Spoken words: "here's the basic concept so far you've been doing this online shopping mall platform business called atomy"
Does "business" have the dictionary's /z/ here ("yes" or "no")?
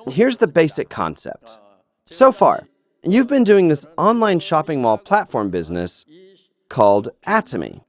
yes